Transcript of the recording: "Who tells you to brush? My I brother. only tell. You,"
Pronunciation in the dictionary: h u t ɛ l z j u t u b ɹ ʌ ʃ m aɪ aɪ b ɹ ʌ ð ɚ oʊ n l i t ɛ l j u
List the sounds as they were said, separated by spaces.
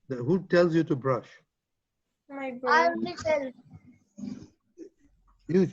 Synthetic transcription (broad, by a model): h u t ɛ l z j u t u b ɹ ʌ ʃ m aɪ aɪ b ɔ ɑ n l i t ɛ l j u